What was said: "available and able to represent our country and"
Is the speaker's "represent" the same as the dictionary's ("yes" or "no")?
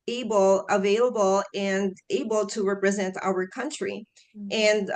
yes